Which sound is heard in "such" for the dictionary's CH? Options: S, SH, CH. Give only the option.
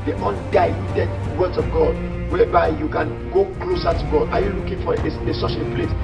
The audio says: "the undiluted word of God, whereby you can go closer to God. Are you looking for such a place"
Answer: SH